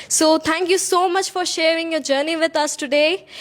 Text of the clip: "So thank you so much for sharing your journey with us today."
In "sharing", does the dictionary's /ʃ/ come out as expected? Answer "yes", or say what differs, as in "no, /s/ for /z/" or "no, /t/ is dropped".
yes